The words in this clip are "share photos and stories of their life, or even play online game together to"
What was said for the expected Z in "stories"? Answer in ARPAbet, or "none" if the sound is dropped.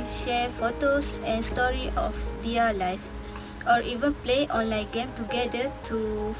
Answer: none